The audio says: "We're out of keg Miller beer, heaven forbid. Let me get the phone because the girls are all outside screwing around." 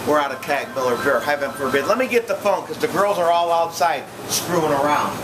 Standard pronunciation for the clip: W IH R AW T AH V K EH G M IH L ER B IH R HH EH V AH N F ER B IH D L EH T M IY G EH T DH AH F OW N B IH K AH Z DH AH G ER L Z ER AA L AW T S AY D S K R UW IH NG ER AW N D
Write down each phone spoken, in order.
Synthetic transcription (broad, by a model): W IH R AW T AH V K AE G M IH L ER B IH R HH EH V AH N F ER B IH D L EH T M IY G EH T DH AH F OW N K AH Z DH AH G ER L Z ER AA L AW T S AY D S K R UW IH NG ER AW N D